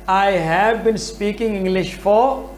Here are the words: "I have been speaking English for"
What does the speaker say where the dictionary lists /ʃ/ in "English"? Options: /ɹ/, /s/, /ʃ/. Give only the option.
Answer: /ʃ/